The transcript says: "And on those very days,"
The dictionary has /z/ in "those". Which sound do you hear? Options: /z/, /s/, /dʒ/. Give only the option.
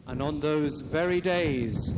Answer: /z/